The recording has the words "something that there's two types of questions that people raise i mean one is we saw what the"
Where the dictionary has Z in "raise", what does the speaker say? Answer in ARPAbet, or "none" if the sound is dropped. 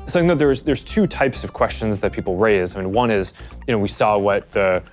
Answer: Z